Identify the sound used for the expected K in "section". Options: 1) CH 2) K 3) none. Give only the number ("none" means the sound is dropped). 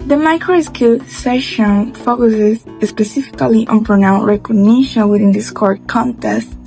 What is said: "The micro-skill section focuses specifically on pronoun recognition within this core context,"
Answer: 3